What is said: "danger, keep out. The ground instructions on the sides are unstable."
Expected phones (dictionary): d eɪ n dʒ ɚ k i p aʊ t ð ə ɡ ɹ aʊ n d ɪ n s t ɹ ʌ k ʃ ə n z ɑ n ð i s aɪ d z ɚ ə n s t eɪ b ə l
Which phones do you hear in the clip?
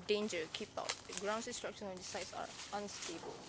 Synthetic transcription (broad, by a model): d eɪ n dʒ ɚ k i p aʊ t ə ɡ ɹ aʊ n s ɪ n s t ɹ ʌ k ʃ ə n ɛ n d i s aɪ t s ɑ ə n s t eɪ b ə l